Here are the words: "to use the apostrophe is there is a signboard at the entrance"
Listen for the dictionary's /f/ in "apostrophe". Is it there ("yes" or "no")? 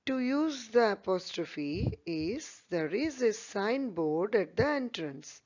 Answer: yes